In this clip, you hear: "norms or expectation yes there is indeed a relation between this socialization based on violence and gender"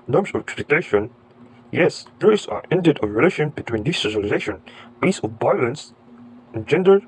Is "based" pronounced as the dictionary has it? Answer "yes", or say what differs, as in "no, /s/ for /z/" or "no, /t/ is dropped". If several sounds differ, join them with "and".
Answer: no, /t/ is dropped